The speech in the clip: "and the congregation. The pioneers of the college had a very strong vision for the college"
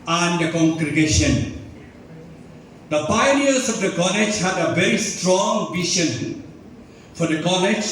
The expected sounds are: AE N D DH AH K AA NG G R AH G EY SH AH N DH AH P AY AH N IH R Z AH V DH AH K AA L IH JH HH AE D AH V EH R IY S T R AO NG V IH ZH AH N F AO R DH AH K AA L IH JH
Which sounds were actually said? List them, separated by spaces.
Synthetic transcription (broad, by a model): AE N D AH K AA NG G R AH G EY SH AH N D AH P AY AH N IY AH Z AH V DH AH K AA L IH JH HH AE D AH V EH R IY S T R AO NG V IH SH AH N F AO R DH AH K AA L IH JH